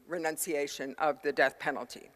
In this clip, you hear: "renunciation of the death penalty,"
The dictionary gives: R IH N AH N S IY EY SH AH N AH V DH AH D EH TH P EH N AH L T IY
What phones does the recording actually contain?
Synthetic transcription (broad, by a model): R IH N AH N S IY EY SH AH N AH V DH AH D EH TH P EH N L T IY